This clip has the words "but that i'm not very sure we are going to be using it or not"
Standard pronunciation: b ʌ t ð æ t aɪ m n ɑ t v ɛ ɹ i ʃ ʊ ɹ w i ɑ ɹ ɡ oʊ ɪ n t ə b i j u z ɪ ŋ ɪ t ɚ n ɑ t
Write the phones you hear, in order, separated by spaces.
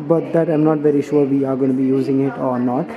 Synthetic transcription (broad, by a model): b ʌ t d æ t aɪ m n ɑ t v ɛ ɹ i ʃ ʊ ɹ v i ɑ ɹ ɡ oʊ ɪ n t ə b i j u z ɪ ŋ ɪ t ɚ n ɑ t